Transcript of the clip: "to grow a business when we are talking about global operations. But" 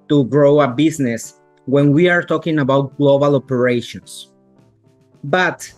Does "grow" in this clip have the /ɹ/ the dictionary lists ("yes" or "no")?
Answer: yes